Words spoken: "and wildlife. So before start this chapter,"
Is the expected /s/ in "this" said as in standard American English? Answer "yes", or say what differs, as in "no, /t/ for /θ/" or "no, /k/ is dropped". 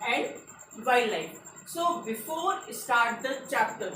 no, /s/ is dropped